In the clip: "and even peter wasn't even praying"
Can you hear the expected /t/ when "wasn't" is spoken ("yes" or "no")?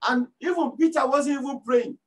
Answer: no